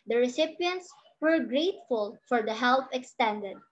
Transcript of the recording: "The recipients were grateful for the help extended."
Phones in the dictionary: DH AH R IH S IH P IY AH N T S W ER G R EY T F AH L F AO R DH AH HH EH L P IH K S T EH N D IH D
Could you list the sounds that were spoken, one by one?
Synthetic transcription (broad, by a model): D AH R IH S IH P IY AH N T S W ER G R EY T F AH L F AO R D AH HH EH L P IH K S T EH N D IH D